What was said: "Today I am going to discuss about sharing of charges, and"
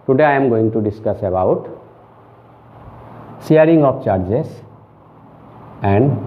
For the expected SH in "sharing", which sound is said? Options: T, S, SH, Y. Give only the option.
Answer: S